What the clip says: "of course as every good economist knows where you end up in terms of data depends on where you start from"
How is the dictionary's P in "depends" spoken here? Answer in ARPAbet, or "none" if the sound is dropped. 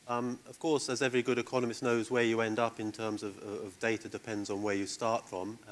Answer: P